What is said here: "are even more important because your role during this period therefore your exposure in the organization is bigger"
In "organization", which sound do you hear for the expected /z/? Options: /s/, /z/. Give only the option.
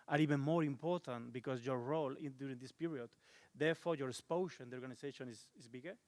/s/